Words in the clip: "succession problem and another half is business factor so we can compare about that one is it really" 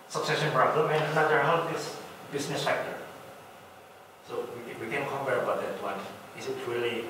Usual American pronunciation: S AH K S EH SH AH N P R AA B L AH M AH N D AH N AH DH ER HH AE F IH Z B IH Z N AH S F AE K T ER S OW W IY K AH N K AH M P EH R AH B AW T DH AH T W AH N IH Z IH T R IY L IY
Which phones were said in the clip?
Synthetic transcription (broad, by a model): S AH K S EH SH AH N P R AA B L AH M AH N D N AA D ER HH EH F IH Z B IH S N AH S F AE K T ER S OW W IY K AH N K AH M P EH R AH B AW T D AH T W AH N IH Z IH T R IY L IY